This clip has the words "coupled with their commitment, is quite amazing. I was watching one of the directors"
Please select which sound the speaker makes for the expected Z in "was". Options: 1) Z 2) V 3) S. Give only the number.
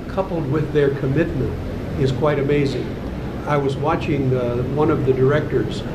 1